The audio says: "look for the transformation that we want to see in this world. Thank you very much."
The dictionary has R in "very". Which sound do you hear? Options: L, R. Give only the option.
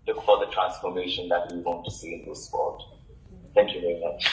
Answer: R